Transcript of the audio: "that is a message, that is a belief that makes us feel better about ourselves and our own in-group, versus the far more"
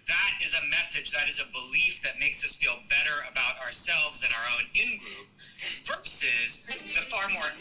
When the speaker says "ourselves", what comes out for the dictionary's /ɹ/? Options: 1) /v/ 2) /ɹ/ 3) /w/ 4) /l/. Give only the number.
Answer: 2